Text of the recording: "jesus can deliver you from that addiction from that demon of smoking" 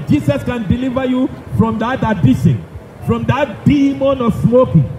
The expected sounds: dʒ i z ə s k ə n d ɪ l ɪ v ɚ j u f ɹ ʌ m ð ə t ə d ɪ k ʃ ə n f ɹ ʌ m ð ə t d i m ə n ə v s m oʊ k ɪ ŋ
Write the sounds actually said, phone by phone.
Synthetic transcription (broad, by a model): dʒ i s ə s k ə n d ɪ l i v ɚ j u f ɹ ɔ m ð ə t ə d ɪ ʃ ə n f ɹ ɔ m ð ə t d i m ə n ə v s m oʊ k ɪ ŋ